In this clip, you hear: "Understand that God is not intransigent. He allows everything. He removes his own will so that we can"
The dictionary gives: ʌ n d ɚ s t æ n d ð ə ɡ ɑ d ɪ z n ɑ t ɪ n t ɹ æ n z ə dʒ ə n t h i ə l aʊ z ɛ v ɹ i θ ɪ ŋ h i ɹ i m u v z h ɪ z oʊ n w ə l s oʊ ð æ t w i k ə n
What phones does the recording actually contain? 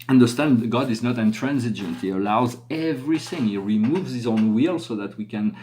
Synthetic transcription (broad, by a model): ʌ n d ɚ s t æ n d ɡ ɑ d ɪ z n ɑ t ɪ n t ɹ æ n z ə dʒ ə n t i ə l aʊ z ɛ v ɹ i θ ɪ ŋ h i ɹ i m u v z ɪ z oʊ n w ə l s oʊ ð æ t w i k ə n